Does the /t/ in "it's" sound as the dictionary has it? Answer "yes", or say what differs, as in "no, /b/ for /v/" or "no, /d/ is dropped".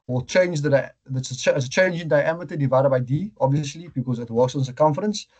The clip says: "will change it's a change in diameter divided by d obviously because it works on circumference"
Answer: no, /s/ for /t/